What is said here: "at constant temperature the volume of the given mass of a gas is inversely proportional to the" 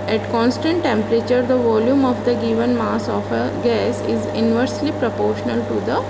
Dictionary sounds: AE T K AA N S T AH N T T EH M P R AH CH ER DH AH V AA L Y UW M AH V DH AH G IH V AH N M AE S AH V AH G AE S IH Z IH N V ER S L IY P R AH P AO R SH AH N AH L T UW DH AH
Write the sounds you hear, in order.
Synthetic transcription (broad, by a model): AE T K AA N S T AH N T T EH M P R AH CH ER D AH V AA L Y UW M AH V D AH G IH V AH N M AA S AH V AH G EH S IH Z IH N V ER S L IY P R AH P AO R SH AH N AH L T UW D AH